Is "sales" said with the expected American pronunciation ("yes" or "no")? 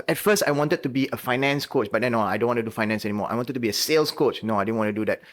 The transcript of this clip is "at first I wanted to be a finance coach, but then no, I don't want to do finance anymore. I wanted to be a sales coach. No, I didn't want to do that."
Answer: no